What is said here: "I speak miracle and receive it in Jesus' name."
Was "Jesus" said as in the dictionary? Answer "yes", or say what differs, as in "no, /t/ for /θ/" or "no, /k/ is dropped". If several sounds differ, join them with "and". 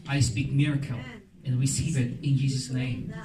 yes